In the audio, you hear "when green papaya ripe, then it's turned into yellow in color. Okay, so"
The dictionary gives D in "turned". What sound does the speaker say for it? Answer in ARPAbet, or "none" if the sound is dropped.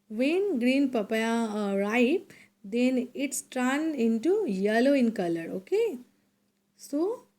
none